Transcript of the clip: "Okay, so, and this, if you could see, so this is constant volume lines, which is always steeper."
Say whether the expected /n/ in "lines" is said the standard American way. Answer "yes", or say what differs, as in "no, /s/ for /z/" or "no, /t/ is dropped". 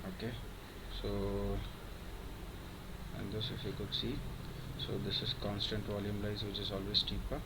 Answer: no, /n/ is dropped